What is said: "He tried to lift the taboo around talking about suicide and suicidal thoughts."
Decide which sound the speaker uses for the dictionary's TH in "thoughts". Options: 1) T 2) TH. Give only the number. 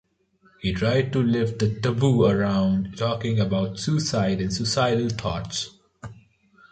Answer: 1